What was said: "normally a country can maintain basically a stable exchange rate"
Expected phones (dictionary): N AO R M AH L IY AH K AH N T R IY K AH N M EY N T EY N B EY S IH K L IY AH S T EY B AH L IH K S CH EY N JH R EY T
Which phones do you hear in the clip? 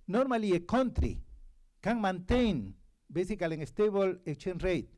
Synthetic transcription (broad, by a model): N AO R M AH L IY AH K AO N T R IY K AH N M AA N T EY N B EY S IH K L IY AH S T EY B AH L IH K CH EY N R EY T